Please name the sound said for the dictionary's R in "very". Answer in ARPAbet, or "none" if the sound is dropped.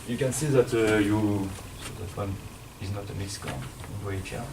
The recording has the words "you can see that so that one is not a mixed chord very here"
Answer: none